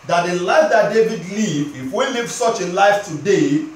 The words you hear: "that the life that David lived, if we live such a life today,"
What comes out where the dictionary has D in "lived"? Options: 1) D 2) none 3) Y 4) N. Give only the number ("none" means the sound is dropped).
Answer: 2